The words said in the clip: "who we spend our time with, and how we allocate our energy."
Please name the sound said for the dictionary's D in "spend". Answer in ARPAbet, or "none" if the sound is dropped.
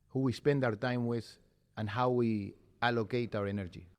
D